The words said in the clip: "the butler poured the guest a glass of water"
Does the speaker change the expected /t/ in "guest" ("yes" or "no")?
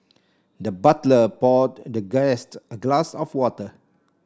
no